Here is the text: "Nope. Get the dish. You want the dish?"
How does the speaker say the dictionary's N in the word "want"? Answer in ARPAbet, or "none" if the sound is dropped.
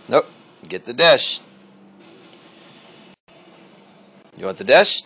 none